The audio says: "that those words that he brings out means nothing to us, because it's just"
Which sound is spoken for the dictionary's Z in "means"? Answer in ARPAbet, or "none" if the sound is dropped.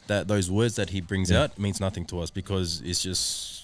Z